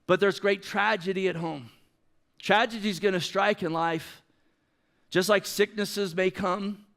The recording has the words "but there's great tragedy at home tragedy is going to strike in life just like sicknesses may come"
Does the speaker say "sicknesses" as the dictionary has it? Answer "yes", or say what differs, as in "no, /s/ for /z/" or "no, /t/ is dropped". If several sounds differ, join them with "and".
yes